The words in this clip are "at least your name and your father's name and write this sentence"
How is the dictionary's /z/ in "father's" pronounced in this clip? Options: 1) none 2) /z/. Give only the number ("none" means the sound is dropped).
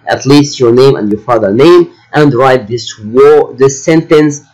1